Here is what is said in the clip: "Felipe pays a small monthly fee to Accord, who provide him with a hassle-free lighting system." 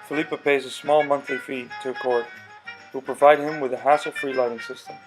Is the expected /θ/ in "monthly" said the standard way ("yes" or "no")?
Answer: yes